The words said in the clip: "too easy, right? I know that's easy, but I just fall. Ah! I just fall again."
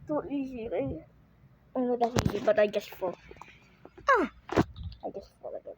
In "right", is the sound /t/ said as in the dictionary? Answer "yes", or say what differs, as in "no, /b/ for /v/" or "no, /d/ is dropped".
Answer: no, /t/ is dropped